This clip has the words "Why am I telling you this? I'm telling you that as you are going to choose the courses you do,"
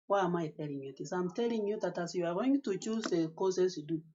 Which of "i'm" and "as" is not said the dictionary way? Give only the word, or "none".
as